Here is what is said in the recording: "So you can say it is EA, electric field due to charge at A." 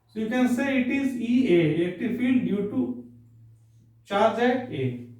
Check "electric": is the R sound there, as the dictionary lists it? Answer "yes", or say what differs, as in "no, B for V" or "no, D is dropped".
no, R is dropped